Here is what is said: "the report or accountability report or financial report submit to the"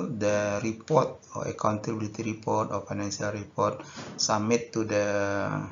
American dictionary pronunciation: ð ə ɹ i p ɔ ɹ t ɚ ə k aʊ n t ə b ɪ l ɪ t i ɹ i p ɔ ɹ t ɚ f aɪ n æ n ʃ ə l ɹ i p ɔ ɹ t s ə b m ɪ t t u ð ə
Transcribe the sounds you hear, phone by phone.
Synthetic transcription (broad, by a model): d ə ɹ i p ɔ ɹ t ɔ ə k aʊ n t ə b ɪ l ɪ t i ɹ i p ɔ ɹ t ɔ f aɪ n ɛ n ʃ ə l ɹ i p ɔ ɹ t s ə m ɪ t t u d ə